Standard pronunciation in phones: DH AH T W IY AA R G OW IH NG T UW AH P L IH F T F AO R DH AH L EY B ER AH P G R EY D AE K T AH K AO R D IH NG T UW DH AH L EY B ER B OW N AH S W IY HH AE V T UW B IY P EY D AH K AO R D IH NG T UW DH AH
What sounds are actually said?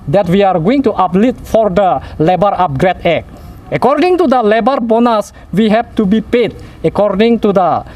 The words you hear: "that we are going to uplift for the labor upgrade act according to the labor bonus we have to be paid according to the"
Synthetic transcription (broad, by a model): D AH T W IY AA R G OW IH NG T UW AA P L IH T F AO R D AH L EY B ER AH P G R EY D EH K AH K AO R D IH NG T UW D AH L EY B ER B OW N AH S W IY HH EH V T UW B IY P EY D AH K AO R D IH NG T UW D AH